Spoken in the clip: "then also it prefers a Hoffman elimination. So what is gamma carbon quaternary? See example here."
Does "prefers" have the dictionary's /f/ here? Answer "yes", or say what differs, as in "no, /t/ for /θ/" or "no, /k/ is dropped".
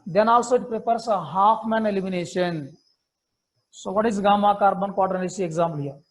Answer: no, /p/ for /f/